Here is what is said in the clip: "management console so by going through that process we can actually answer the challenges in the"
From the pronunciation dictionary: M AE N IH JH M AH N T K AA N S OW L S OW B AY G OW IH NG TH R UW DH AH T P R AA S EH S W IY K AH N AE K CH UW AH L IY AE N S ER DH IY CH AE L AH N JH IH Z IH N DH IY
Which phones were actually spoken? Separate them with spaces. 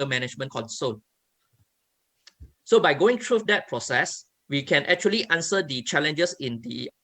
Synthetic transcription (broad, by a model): M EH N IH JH M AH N K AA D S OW N S OW B AY G OW IH NG T R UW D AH T P R AA S EH S W IY K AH N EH K CH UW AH L IY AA N S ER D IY CH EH L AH N JH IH S IH N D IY